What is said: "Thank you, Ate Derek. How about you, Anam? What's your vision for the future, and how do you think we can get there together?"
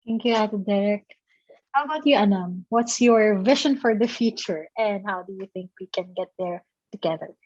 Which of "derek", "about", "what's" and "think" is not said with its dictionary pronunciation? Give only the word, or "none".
none